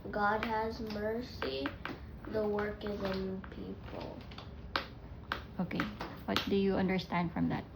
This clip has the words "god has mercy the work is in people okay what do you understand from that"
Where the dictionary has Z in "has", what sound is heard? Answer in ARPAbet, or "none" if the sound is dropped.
Z